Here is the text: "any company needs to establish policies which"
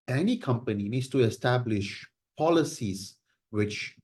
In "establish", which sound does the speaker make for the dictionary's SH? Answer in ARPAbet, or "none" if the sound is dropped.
SH